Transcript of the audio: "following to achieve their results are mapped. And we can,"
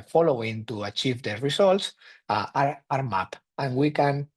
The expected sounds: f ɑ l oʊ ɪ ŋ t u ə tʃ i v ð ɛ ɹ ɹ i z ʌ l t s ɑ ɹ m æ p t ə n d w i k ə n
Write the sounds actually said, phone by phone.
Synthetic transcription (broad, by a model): f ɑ l oʊ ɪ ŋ t u ə tʃ i v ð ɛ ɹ ɹ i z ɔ l t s ɑ ɹ m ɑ p ə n w i k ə n